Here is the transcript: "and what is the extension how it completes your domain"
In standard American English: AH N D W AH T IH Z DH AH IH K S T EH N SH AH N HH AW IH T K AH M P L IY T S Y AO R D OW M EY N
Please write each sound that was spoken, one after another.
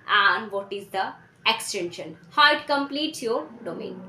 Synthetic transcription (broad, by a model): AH N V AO T IH Z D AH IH K S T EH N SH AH N HH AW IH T K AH M P L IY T Y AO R D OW M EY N